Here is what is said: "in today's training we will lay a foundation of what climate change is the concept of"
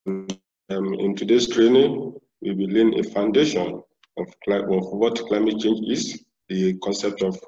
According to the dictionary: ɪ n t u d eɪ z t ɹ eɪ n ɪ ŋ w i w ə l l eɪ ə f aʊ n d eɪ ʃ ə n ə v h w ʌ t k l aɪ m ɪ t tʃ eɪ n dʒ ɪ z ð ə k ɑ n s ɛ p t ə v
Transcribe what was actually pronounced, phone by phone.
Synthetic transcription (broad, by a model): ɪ n t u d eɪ s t ɹ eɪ n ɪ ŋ w i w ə l n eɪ f aʊ n d eɪ ʃ ə n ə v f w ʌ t k l aɪ m ɪ t tʃ eɪ n dʒ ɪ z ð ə k ɑ n s ɛ p t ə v